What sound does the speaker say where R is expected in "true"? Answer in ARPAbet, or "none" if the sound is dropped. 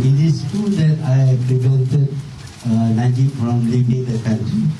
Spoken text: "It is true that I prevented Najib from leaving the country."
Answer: none